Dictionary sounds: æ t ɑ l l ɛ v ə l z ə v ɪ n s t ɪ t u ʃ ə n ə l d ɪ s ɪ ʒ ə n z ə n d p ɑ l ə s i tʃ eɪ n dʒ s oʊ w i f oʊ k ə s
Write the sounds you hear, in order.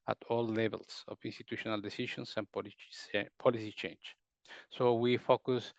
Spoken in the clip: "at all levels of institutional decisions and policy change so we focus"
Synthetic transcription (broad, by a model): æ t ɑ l l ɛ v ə l s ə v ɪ n s t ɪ t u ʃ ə n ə l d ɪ s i ʃ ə n s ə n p p ɑ l ə s i tʃ eɪ n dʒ s oʊ w i f oʊ k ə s